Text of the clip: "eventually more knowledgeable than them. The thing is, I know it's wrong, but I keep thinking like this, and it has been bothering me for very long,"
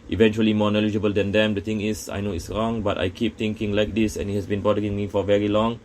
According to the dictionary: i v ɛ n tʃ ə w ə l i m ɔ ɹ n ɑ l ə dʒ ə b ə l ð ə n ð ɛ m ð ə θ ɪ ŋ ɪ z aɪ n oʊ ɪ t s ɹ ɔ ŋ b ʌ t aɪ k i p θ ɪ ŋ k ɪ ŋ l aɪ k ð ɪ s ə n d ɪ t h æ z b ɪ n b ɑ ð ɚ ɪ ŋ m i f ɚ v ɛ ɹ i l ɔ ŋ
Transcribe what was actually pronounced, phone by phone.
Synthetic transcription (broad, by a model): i v ɛ n tʃ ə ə l i m ɔ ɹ n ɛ l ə dʒ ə b ə l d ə n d ɛ m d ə t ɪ ŋ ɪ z aɪ n oʊ ɪ t s ɹ ɔ ŋ b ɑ t aɪ k i p t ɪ ŋ k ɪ ŋ l aɪ k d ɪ s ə n ɪ t h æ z b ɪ n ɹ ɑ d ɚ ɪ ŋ m i f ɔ v ɛ ɹ i l ɔ ŋ